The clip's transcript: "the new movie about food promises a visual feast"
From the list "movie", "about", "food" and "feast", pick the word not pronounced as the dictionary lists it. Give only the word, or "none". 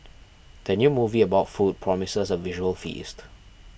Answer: none